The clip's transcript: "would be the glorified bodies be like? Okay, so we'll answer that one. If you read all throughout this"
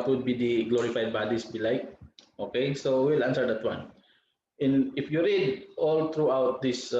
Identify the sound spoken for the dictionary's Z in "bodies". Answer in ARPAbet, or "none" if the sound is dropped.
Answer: S